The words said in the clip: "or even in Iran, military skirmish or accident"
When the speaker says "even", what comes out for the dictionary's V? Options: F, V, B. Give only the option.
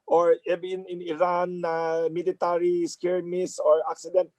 B